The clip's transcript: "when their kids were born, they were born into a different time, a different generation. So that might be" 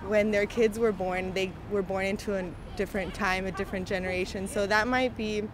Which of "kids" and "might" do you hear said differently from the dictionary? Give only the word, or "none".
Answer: none